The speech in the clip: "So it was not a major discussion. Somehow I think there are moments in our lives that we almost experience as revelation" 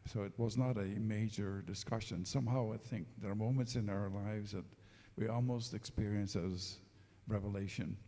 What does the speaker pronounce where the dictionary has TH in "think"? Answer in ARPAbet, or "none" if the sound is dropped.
TH